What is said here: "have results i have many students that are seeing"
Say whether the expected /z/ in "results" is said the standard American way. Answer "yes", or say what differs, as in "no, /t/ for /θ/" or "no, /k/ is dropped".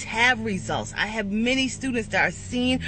yes